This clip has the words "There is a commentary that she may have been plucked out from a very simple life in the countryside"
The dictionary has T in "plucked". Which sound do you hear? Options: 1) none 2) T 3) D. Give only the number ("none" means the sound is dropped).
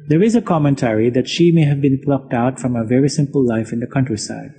2